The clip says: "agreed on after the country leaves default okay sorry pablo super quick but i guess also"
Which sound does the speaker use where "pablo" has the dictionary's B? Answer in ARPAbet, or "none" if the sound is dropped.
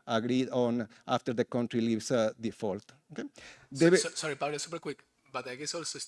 none